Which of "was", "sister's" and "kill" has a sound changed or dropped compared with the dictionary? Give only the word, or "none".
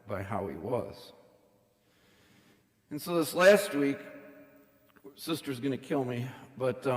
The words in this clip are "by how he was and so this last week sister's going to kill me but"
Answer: none